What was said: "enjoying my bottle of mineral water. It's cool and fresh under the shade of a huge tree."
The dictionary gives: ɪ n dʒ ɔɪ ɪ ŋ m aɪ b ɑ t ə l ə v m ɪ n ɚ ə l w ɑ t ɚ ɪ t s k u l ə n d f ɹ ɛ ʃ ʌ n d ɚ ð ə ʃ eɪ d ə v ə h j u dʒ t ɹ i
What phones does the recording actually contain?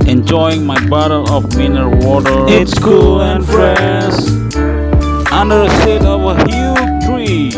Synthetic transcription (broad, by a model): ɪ n dʒ ɔɪ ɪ ŋ m aɪ b ɑ t ə l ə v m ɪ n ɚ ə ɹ w ɑ t ɚ ɪ t s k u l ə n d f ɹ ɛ s ʌ n d ɚ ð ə s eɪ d ə v ə h j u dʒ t ɹ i